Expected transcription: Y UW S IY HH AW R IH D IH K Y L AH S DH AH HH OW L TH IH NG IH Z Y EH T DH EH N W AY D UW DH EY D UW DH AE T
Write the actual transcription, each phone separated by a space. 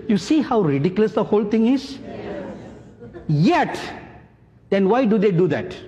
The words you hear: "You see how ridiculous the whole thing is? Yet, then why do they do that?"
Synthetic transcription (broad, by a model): Y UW S IY HH AW R IH D IH K Y L AH S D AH HH OW L T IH NG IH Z Y EH T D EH N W AY D UW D EY D UW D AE T